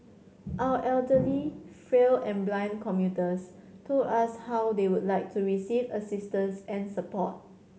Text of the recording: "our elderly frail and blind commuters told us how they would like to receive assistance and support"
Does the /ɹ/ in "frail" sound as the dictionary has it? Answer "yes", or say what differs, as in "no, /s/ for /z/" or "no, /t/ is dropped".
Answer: yes